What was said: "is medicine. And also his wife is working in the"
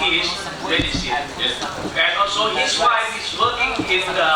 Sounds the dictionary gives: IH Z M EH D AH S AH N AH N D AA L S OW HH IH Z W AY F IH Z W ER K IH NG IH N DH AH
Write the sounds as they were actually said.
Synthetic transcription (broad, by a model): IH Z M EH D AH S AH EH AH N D AA L S OW HH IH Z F AY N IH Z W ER K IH NG IH N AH